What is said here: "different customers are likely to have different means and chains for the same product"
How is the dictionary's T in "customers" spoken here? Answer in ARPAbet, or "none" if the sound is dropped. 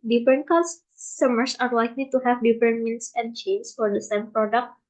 S